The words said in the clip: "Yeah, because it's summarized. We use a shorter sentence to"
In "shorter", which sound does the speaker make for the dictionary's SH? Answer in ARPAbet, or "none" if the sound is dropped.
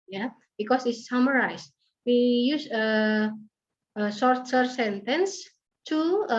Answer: S